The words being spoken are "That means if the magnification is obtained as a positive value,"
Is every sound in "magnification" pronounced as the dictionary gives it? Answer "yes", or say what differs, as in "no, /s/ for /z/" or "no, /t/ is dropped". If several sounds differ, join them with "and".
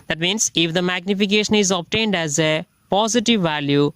yes